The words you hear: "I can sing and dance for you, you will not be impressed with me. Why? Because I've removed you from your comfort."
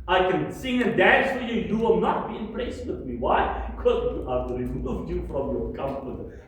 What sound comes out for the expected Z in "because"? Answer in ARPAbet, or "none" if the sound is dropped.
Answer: none